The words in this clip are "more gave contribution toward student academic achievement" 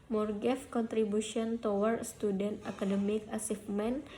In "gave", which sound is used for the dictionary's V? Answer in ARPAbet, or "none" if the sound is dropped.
F